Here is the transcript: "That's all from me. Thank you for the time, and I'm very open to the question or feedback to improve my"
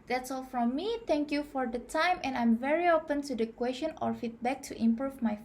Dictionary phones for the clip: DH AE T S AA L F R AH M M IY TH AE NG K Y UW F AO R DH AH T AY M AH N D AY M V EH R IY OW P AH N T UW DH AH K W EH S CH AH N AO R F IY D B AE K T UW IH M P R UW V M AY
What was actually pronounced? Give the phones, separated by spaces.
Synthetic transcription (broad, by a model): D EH T S AA L F R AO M M IY T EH NG K Y UW F AO R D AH T AY M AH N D AY M V EH R IY OW P AH N T UW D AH K W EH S SH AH N AO R F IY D B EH K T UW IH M P R UW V M AY